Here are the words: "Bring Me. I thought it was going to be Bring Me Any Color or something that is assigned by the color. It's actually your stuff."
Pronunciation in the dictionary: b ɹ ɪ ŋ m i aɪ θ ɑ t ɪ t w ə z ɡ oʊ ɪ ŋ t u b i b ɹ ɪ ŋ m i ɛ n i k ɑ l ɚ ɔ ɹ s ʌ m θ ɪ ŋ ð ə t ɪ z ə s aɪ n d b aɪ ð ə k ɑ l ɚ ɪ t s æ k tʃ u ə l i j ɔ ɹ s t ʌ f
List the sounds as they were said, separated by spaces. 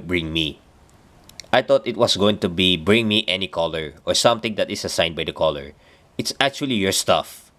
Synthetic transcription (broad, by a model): b ɹ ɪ ŋ m i aɪ t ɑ t ɪ t w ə s ɡ oʊ ɪ ŋ t u b i b ɹ ɪ ŋ m i ɛ n i k ɑ l ɚ ɔ ɹ s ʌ m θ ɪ ŋ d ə t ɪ s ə s aɪ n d b aɪ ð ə k ɑ l ɚ ɪ t s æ k tʃ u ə l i j ɔ ɹ s t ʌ f